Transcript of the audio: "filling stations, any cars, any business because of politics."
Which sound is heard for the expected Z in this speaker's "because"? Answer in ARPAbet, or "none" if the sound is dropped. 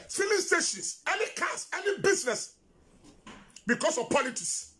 S